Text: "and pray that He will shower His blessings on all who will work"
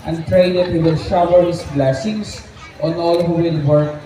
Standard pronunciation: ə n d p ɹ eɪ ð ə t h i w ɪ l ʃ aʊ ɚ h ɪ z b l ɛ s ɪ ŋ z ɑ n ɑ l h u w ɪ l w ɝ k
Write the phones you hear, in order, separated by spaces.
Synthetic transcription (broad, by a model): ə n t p ɹ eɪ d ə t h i w ɪ l ʃ aʊ ɚ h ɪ s b l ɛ s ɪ ŋ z ɑ n ɑ l h u w ɪ l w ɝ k